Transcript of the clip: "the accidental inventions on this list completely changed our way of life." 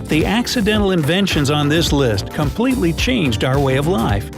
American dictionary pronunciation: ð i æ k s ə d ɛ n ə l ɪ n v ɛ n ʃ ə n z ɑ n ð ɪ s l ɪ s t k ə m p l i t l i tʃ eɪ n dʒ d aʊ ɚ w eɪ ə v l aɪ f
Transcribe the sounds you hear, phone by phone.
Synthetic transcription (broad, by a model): ð i æ k s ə d ɛ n l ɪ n v ɛ n ʃ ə n z n ð ɪ s l ɪ s t k ə m p l i t l i tʃ eɪ n dʒ d aʊ ɚ w eɪ ə v l aɪ f